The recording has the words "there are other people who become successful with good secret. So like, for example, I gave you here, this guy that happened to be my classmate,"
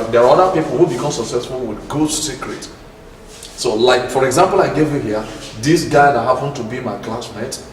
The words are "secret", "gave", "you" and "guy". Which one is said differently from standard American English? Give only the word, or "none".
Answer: none